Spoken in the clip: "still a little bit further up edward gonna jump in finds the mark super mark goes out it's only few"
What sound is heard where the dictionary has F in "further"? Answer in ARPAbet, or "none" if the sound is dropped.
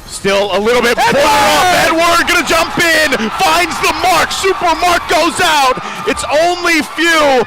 P